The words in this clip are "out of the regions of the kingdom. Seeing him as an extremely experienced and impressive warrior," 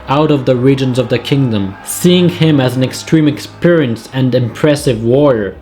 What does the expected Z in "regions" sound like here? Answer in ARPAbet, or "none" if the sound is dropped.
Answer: Z